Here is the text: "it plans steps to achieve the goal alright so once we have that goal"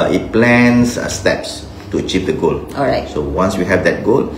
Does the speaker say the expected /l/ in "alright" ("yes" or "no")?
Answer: no